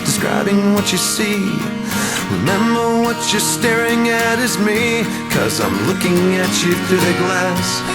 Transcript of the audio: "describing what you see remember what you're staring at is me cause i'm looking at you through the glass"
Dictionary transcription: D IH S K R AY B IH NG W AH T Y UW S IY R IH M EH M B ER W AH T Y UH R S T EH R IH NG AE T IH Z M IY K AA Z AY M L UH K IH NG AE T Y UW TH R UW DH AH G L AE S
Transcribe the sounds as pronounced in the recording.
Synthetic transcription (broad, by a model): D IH S K R AY B IH NG W AH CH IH S IY R IH M EH M B ER W AH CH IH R S T EH R IH NG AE T IH Z M IY K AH Z AY M L UH K IH NG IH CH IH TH UW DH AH G L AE S